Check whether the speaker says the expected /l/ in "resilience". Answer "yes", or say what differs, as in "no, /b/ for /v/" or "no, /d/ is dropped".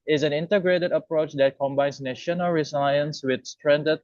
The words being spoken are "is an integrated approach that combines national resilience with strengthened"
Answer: no, /l/ is dropped